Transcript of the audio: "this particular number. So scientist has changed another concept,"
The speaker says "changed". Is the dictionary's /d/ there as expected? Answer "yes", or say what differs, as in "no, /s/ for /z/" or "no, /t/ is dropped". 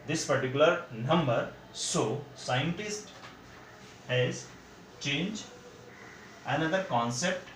no, /d/ is dropped